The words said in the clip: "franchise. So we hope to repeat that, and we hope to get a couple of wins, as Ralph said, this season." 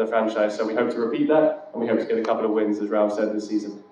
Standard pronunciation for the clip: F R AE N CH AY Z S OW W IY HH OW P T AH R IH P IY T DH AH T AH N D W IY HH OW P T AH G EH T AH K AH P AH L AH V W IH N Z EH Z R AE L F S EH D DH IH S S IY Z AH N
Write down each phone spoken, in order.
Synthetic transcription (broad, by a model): F R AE N CH AY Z S OW W IY HH OW P T AH R IH P IY T DH AH T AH N W IY HH OW P T AH G EH T AH K AH P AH L AH V W IH N Z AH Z R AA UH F S EH D DH IH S S IY Z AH N